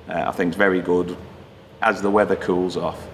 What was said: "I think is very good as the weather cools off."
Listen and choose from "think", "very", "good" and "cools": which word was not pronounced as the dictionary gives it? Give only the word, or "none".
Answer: none